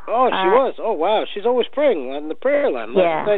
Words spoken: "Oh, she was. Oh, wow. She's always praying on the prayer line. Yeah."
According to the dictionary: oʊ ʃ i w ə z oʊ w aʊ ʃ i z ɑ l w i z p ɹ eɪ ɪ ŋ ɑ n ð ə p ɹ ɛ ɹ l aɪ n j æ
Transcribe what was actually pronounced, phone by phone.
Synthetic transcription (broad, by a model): oʊ ʃ i w ə z oʊ w aʊ ʃ i z ɑ l w i z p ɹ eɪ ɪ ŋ ɑ n ð ə p ɹ ɛ ɹ l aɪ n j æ